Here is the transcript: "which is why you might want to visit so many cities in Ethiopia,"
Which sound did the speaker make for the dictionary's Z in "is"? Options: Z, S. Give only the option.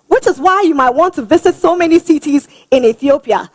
Z